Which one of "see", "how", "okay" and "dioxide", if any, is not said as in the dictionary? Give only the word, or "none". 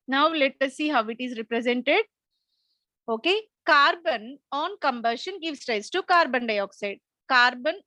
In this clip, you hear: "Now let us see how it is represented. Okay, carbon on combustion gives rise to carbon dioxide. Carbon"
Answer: none